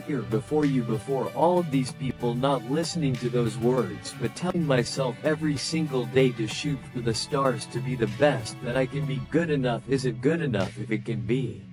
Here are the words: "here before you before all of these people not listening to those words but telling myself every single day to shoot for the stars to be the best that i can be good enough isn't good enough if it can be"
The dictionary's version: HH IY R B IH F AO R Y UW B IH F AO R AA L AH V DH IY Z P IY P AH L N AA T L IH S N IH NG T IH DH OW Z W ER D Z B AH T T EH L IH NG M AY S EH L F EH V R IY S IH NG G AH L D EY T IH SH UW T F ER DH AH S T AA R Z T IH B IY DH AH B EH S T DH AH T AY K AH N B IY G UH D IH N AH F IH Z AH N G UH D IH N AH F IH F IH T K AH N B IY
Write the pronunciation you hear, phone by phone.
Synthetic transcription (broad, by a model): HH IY R B IH F AO R Y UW B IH F AO R AA L AH V DH IY Z P IY P L N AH T L IH S N IH NG T IH DH OW Z W ER D Z B AH T T EH L IH NG M AY S EH L F EH V R IY S IH NG G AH L D EY T IH SH UW T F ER DH AH S T AA R Z T IH B IY DH AH B EH S T DH AH T AY K AH N B IY G UH D IH N AH F IH Z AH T G UH D IH N AH F IH F IH T K AH N B IY